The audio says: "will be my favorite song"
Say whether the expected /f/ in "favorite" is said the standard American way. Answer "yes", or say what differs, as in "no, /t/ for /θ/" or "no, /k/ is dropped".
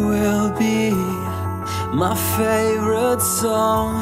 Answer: yes